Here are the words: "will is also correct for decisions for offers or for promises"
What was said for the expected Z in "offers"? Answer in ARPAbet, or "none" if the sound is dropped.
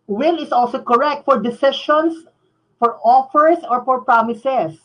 S